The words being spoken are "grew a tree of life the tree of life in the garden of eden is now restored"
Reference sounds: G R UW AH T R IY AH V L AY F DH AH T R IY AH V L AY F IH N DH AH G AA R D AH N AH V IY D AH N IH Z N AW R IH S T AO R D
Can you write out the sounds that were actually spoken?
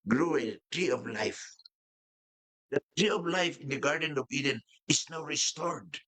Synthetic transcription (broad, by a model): G R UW AH T R IY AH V L AY F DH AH T R IY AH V L AY F IH N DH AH G AA R D AH N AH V IY D AH N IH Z N AW R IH S T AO R D